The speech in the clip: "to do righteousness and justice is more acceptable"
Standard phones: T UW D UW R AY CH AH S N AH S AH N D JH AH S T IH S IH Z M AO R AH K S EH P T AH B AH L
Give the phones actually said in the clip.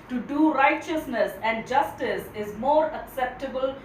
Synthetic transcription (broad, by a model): T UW D UW R AY CH AH S N AH S AH N D JH AH S T IH S IH Z M AO R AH K S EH P T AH B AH L